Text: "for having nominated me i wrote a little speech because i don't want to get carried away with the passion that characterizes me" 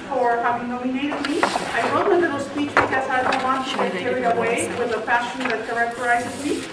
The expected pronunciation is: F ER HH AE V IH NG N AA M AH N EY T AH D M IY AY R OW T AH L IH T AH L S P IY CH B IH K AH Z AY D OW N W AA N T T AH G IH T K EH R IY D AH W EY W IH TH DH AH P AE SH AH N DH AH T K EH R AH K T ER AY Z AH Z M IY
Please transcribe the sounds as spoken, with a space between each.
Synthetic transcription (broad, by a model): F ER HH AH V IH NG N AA M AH N EY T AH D M IY AY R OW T AH N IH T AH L S P IY CH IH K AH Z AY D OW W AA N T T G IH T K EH R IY AH W EY W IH DH AH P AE SH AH N DH AH T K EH R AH K T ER AY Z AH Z M IY